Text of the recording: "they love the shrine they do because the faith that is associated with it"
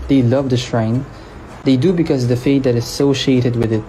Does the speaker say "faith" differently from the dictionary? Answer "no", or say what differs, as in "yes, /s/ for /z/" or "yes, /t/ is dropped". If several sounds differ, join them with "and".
yes, /t/ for /θ/